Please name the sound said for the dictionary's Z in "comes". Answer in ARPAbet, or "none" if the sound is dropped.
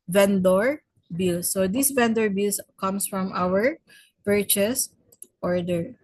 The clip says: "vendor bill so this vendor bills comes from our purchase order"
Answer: S